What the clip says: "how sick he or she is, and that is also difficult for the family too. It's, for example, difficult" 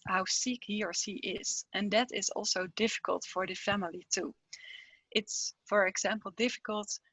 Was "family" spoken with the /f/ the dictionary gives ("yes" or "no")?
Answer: yes